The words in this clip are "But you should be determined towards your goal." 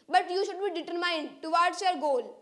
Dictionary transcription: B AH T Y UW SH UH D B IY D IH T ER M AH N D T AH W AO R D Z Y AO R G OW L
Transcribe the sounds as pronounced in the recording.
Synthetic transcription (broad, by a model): B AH T Y UW SH UH D B IY D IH T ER M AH N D T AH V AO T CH Y AO R G OW L